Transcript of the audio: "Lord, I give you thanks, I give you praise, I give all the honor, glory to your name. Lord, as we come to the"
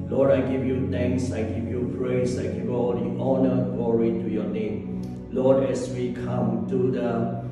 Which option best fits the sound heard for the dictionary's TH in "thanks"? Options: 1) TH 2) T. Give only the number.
2